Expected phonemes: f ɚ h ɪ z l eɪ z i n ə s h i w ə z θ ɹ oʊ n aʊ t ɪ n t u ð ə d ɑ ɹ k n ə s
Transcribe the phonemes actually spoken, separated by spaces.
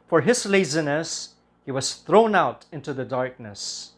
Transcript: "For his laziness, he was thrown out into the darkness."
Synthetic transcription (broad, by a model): f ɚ h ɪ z l eɪ z i n ə s h i w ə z θ ɹ oʊ n aʊ t ɪ n t u ð ə d ɑ ɹ k n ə s